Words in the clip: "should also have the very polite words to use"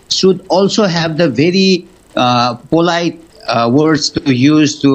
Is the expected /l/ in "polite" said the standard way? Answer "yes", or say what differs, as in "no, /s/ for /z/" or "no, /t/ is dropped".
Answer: yes